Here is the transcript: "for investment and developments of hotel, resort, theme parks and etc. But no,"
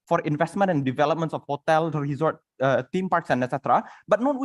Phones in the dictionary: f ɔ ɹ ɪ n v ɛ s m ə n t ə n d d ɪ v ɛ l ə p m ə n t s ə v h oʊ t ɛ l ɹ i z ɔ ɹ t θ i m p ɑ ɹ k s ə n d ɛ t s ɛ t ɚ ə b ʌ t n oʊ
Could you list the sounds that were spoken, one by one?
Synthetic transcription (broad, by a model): f ɔ ɹ ɪ n v ɛ s m ə n t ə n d d ɪ v ɛ l ə p m ə n t s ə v h oʊ t ɛ l ɹ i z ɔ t t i m p ɑ ɹ k s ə n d ɛ t s ɛ t ɚ ə b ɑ t n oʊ